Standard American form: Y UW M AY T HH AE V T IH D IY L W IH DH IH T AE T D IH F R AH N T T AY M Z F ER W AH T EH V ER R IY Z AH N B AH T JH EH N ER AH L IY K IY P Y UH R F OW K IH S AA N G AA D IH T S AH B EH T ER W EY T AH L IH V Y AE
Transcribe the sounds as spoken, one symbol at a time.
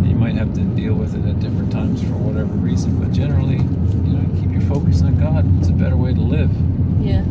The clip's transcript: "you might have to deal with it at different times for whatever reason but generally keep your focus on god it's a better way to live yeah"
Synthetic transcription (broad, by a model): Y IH M AY T HH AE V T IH D IY L W IH DH IH T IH T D IH F R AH N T T AY M Z F ER W AH T EH V ER R IY Z AH N B AH T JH EH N ER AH N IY K IY P Y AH R F OW K IH S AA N G AA D IH T S AH B EH T ER W EY T AH L IH V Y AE